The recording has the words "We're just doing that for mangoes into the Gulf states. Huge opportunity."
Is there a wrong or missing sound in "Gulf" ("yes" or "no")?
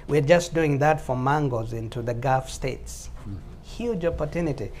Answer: yes